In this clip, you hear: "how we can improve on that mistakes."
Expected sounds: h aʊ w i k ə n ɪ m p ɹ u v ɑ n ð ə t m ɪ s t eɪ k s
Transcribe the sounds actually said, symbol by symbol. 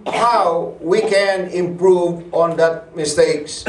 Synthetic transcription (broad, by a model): h aʊ w i k ə n ɪ m p ɹ u v ɑ n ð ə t m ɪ s t eɪ k s